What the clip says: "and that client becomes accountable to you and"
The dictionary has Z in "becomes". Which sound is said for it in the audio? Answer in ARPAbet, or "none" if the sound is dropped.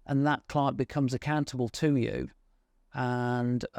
Z